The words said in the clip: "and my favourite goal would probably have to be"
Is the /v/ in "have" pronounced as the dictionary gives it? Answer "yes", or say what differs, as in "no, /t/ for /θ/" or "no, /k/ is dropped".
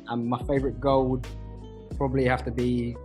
no, /f/ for /v/